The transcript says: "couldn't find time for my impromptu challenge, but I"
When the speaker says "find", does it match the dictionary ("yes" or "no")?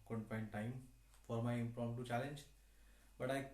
no